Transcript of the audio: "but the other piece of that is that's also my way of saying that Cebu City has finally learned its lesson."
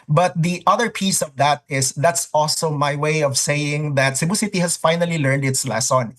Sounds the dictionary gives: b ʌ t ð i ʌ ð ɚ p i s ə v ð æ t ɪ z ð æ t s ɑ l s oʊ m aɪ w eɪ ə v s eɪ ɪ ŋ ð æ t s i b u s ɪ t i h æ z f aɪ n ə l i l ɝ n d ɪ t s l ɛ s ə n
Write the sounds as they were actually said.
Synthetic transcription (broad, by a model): b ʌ t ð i ʌ ð ɚ p i s ə v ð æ t ɪ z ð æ t s ɑ l s oʊ m aɪ w eɪ ə v s eɪ ɪ ŋ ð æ t s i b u s ɪ t i h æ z f aɪ n ə l i l ɝ n d ɪ t s l ɛ s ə n